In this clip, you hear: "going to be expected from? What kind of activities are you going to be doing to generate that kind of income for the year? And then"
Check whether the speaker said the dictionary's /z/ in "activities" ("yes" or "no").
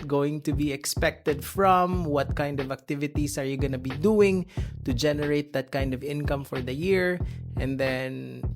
no